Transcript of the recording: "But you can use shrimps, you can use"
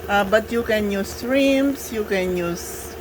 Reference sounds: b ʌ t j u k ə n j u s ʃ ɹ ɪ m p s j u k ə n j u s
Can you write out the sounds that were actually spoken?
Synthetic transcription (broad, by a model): b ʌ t j u k ə n j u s ɹ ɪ m s j u k ə n j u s